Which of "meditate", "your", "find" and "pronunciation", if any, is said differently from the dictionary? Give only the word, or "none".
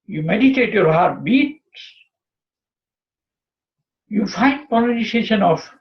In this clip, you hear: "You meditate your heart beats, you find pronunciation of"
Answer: pronunciation